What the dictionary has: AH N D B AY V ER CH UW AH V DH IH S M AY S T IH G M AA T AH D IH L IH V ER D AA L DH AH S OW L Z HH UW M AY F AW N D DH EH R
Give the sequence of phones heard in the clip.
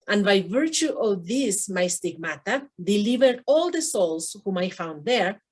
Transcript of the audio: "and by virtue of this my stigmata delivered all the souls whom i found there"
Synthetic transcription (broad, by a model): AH N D B AY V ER CH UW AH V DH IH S M AY S T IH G M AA T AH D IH L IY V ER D AA L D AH S OW L S HH UW M AY F AW N D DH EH R